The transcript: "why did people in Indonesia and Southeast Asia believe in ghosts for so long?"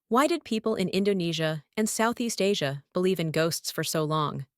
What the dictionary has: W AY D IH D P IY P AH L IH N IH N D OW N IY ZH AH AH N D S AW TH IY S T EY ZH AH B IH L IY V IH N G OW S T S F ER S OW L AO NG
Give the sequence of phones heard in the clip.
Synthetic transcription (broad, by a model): W AY D IH D P IY P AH L IH N IH N D OW N IY ZH AH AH N S AW TH IY S T EY ZH AH B IH L IY V IH N G OW S T S F ER S OW L AO NG